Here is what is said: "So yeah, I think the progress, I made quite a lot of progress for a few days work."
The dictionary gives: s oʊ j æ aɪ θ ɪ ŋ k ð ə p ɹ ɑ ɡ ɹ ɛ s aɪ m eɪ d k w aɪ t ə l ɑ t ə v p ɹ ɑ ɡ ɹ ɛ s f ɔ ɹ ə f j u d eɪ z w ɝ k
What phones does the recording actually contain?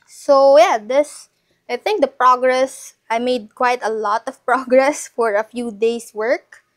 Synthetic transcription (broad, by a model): s oʊ j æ aɪ θ ɪ ŋ k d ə p ɹ ɑ ɡ ɹ ɛ s aɪ m eɪ d k w aɪ t ə l ɑ t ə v p ɹ ɑ ɡ ɹ ɛ s f ɔ ɹ ə f j u d eɪ s w ɝ k